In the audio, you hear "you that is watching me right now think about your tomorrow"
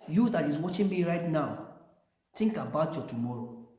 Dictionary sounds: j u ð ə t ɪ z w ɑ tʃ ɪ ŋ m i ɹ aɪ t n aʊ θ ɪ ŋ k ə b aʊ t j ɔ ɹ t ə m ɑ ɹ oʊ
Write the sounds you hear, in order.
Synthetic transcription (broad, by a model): j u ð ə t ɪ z w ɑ tʃ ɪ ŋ m i ɹ aɪ t n aʊ t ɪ ŋ k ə b aʊ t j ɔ t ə m ɑ ɹ oʊ